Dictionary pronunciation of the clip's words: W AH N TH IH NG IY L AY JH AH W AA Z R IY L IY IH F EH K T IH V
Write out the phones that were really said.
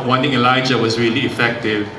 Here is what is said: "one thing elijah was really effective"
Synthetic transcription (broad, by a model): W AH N T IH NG IY L AY JH AH W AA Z R IY L IY F EH K T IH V